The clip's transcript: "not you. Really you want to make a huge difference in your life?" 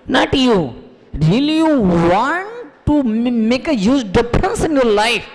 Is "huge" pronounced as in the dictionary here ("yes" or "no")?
no